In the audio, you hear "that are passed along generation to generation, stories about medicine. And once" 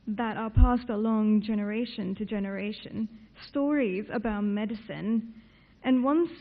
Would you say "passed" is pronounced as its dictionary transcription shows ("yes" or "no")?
yes